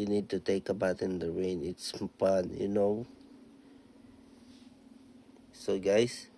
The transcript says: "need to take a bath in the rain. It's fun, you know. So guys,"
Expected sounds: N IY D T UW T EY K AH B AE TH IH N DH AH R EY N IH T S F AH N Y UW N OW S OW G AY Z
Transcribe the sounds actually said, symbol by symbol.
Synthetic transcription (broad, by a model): N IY D T UW T EY K AH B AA T IH N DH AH R EY N IH T S P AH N Y UW N OW S OW G AY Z